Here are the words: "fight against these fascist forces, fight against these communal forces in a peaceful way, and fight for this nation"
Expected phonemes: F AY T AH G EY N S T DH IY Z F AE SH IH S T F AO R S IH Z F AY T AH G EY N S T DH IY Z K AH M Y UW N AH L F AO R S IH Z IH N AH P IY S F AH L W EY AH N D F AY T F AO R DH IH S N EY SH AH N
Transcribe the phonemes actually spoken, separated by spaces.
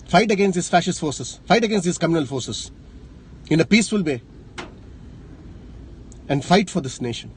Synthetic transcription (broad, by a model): F AY T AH G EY N S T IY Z F AE SH IH S T F AO R S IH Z F AY T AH G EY N S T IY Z K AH M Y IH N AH L F AO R S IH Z IH N AH P IY S F AH L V EY AH N D F AY T F AO R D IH S N EY SH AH N